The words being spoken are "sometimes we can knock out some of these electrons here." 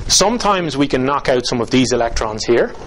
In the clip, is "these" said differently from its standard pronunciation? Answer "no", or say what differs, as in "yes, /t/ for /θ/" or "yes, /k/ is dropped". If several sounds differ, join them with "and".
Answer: no